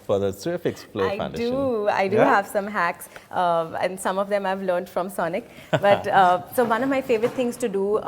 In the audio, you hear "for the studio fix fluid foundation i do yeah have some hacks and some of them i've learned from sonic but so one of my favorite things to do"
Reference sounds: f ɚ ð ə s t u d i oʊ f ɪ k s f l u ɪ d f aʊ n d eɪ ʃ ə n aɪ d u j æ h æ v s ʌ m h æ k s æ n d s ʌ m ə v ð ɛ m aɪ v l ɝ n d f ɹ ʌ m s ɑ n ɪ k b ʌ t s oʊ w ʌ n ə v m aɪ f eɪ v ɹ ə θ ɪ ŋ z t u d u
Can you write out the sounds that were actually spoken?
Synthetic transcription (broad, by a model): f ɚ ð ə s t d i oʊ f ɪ k s p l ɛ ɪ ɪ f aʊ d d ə aɪ d u h æ v s ʌ m h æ k s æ n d s ʌ m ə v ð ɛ m aɪ v l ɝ n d f ɹ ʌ m s ɑ n ɪ k b ʌ t s oʊ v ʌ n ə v m aɪ f eɪ v ɹ ə t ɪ ŋ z t u d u